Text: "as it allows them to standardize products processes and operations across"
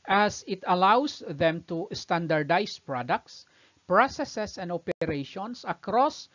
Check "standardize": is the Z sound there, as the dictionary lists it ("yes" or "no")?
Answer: no